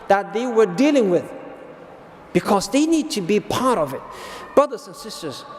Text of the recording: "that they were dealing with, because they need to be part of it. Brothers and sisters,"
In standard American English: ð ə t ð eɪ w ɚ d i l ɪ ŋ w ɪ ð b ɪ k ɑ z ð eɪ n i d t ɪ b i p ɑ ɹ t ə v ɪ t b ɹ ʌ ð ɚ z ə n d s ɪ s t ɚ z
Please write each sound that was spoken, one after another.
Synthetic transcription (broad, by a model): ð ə t ð eɪ w ɚ d i l ɪ ŋ w ɪ ð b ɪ k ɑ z ð eɪ n i d t ɪ b i p ɑ ɹ t ə v ɪ t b ɹ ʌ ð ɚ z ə n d s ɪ s t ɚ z